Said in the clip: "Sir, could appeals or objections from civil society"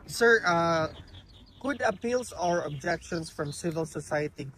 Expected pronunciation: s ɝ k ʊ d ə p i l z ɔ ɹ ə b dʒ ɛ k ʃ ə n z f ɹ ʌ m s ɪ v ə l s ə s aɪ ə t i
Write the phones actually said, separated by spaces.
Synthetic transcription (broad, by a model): s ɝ k ʊ d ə p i l s ɔ ɹ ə b dʒ ɛ k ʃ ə n s f ɹ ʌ m s ɪ v ə l s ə s aɪ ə t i